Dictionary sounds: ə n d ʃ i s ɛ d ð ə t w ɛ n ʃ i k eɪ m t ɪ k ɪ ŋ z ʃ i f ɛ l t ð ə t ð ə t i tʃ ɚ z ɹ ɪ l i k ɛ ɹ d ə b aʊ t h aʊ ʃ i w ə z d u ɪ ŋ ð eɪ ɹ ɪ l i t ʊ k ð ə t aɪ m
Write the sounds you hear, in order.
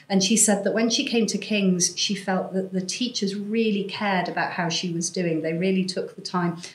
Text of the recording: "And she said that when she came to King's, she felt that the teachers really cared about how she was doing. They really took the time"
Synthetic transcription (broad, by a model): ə n ʃ i s ɛ d ð ə t w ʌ n ʃ i k eɪ m t ɪ k ɪ ŋ z ʃ i f ɛ l t ð ə t ð ə t i tʃ ɚ z ɹ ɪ l i k ɛ ɹ d ə b aʊ t h aʊ ʃ i w ə z d u ɪ ŋ ð eɪ ɹ ɪ l i t ʊ k ð ə t aɪ m